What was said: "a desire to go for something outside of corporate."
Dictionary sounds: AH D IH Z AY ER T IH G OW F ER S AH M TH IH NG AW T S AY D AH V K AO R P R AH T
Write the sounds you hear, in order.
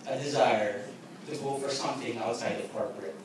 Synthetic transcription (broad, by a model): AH D IH Z AY ER T IH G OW F ER S AH M TH IH NG AW T S AY D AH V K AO R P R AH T